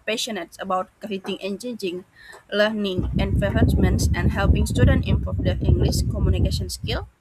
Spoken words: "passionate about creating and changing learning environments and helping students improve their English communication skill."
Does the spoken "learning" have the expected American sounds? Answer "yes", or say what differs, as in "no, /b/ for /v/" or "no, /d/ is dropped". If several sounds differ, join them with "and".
yes